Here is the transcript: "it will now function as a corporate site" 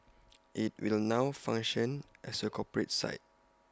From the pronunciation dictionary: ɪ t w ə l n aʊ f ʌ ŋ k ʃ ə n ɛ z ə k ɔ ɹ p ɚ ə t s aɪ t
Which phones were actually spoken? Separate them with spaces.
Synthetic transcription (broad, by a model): ɪ t w ə l n aʊ f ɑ ŋ ʃ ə n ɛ s ə k ɔ p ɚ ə t s aɪ t